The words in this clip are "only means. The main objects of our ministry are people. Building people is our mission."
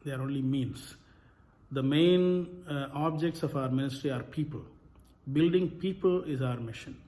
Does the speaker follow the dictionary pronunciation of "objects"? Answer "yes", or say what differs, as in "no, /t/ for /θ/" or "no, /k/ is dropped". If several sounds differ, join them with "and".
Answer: yes